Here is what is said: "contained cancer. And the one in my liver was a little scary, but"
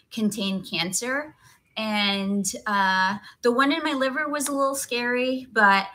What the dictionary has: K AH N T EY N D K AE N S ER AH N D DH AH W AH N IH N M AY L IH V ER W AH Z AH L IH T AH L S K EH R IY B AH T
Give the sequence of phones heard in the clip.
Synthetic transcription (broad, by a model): K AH N T EY N K AE N S ER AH N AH DH AH W AH N IH N M AY L IH V ER W AH Z AH L IH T L S K EH R IY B AH T